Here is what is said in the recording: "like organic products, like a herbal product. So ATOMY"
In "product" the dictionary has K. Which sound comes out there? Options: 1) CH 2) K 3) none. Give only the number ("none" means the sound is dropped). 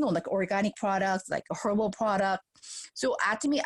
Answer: 2